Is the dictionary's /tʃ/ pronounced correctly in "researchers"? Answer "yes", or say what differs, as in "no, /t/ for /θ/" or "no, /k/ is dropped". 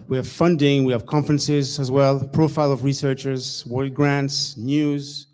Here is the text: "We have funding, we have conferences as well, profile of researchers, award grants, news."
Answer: yes